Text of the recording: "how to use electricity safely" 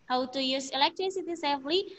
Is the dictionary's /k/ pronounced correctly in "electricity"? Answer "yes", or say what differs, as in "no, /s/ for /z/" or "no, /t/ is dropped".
yes